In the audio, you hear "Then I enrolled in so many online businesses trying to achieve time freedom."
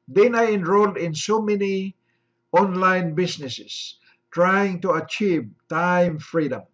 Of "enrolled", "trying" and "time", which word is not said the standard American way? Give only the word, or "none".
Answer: none